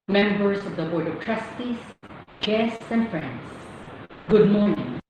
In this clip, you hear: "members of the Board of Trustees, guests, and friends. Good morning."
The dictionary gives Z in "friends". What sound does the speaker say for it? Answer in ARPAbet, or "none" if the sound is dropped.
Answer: S